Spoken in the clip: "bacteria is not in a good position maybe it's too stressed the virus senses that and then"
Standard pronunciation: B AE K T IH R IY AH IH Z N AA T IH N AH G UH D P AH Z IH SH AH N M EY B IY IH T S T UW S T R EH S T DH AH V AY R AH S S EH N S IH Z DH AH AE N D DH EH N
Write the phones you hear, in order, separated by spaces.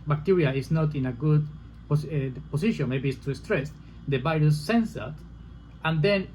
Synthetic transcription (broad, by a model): B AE K T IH R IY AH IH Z N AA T IH N AH G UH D P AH S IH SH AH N M EY B IY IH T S T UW S T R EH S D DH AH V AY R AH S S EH N S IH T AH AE N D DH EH N